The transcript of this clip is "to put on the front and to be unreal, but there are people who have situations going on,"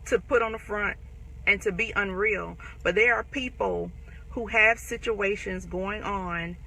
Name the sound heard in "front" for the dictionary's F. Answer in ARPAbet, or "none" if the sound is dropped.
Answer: F